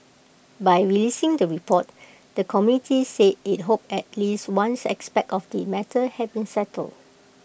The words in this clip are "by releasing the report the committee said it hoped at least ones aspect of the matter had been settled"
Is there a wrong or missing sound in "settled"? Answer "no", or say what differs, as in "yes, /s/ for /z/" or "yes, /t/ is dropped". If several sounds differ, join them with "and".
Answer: no